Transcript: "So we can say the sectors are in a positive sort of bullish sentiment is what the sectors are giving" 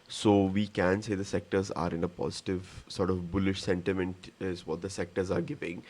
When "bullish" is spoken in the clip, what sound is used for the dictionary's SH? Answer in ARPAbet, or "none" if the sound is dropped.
SH